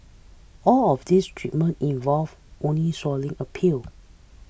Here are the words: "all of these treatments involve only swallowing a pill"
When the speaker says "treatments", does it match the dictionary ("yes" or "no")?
no